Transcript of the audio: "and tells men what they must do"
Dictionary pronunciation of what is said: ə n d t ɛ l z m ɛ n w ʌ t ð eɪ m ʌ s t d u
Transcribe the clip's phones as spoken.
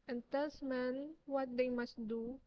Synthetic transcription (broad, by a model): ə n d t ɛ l s m ɛ n w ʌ t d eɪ m ʌ s t d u